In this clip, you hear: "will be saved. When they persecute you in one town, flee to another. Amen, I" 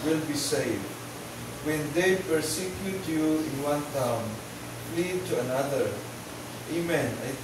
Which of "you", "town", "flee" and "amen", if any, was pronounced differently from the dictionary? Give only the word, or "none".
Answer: flee